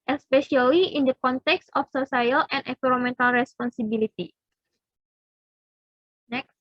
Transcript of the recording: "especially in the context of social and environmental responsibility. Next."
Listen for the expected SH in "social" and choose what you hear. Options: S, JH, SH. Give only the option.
S